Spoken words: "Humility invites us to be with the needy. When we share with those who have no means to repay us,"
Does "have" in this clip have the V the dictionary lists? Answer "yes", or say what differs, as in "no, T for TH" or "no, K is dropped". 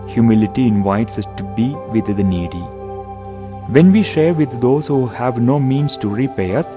yes